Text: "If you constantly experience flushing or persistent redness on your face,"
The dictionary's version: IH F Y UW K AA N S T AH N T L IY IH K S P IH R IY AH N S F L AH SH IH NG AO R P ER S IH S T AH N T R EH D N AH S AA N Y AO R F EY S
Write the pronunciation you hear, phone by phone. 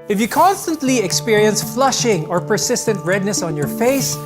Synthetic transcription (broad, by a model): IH F Y UW K AA N S T AH N T L IY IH K S P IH R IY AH N S F L AH SH IH NG AO R P ER S IH S T AH N T R EH D N AH S AA N Y AO R F EY S